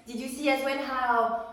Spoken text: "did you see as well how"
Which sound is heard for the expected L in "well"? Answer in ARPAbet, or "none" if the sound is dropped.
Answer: N